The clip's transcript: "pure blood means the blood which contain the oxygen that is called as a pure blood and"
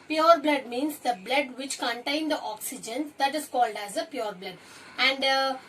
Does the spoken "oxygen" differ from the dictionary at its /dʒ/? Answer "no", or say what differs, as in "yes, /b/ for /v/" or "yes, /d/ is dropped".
no